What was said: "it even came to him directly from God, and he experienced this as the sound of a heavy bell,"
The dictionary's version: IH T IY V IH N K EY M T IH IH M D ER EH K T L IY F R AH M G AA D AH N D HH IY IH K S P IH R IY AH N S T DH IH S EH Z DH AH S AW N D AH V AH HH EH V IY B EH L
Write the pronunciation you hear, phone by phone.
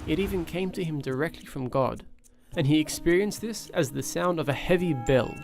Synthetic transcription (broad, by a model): IH T IY V IH N K EY M T IH IH M D ER EH K T L IY F R AH M G AA D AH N IY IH K S P IH R IY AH N S DH IH S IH Z DH AH S AW N D AH V AH HH EH V IY B EH L